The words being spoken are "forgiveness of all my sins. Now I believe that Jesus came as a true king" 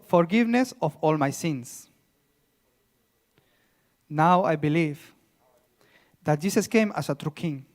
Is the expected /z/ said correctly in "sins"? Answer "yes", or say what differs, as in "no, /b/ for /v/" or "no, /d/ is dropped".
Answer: no, /s/ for /z/